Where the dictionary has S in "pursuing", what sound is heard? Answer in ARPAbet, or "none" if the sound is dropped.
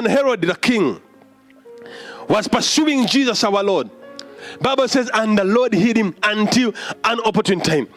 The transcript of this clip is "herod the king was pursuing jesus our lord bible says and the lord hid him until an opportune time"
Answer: S